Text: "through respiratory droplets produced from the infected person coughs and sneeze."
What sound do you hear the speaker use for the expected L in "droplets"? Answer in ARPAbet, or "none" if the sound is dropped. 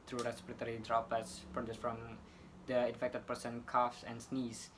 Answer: none